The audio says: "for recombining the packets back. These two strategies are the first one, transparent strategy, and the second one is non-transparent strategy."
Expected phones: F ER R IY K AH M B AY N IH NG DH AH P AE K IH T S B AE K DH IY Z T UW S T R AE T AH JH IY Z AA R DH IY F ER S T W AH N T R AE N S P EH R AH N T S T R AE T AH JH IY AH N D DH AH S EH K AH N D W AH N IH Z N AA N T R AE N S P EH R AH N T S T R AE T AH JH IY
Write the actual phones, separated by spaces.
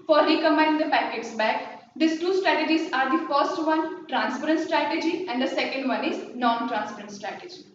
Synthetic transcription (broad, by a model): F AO R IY K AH M AY IH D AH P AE K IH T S B AE K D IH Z T UW S T R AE T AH JH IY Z AA R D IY F ER S T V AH N T R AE N S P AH R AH N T S T R AE T AH JH IY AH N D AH S EH K AH N D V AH N IH Z N AA N T R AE N S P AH R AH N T S T R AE T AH JH IY